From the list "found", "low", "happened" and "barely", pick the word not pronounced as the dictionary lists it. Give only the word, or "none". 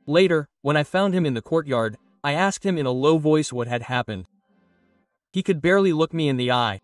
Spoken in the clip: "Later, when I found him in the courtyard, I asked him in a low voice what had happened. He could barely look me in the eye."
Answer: none